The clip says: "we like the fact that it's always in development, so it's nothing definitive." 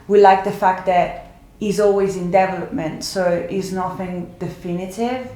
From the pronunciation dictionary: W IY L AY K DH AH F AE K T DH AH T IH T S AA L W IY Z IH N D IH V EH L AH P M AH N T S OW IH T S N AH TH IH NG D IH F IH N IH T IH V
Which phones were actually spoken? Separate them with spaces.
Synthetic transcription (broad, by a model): W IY L AY K DH AH F AE K T DH AH T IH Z AA L W IY Z IH N D IH V EH L AH P M AH N T S OW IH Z N AH TH IH NG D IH F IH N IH T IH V